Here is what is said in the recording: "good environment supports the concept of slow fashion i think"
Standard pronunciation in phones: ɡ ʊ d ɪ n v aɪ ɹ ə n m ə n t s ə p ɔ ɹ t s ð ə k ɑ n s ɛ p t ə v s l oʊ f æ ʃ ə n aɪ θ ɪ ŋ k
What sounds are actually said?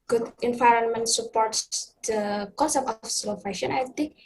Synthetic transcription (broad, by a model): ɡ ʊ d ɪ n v aɪ ɹ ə n m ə n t s ə p ɔ ɹ t s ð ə k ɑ s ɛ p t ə f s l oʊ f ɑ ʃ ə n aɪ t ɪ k